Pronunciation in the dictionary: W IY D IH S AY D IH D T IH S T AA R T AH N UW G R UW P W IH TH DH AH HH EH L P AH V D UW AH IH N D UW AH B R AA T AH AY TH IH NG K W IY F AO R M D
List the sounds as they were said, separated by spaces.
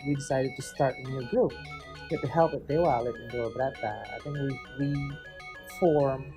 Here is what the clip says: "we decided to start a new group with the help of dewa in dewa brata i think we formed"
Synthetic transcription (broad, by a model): W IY D IH S AY D IH D T IH S T AA R T AH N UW G R UW P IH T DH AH HH EH L P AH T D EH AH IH L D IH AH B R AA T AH AY TH IH NG K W IY F AO R M